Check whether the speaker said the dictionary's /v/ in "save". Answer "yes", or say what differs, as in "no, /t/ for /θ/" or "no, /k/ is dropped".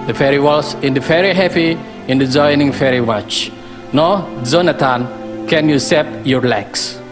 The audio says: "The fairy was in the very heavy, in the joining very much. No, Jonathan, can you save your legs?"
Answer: no, /p/ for /v/